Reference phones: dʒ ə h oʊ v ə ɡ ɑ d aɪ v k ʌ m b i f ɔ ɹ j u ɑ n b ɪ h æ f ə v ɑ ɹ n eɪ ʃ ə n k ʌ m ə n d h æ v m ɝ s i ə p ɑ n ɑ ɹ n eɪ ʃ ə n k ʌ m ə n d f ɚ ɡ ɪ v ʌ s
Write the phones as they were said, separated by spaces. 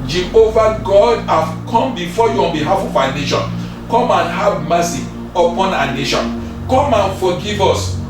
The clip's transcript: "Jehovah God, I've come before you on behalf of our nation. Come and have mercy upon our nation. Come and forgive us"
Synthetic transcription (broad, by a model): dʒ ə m oʊ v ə ɡ ɑ d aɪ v k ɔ m b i f ɔ j u ɑ n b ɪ h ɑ f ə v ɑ n eɪ ʃ ə n k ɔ m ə n h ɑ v m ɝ s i ə p ɑ n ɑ n eɪ ʃ ə n k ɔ m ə n f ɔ ɡ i v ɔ s